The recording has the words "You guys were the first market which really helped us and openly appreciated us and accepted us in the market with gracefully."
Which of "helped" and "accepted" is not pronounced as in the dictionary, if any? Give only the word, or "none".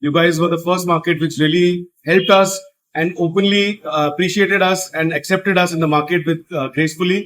none